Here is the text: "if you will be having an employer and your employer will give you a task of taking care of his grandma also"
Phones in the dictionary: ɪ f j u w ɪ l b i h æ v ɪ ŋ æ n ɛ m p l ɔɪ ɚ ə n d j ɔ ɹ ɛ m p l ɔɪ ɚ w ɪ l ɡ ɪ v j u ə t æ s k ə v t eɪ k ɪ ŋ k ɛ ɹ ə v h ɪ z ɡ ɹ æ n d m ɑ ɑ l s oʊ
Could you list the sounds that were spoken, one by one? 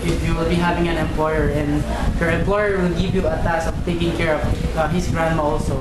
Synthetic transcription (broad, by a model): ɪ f j u w ɪ l b i h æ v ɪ ŋ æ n ɛ m p l ɔɪ ɚ ə n d j ɔ ɹ ɛ m p l ɔɪ ɚ w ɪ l ɡ ɪ v j u ə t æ s ə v t eɪ k ɪ ŋ k ɛ ɹ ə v h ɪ s ɡ ɹ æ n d m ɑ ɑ l s oʊ